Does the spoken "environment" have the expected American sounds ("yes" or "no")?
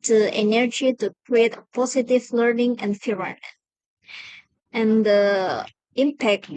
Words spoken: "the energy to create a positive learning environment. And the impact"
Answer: no